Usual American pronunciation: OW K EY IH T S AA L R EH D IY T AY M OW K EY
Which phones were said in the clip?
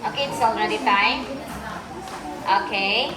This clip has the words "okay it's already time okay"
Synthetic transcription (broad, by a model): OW K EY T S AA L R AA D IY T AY OW K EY